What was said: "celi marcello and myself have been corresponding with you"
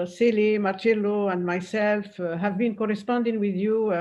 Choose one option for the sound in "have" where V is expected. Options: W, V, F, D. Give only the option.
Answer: V